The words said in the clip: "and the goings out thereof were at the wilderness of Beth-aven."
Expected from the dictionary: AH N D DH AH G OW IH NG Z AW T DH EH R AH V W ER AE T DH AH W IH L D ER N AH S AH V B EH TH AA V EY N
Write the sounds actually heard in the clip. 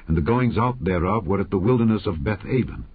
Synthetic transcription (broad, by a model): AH N DH AH G OW IH NG Z AW T DH EH R AH V W ER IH T DH AH W IH L D ER N AH S AH V B EH TH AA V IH N